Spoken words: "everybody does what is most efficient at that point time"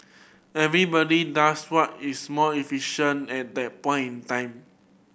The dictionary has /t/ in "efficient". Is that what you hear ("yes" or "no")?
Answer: no